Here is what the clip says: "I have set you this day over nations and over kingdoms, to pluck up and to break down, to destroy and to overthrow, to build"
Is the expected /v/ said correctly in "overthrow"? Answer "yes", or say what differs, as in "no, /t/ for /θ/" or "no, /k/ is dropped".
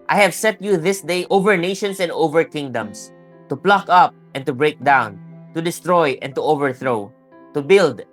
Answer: yes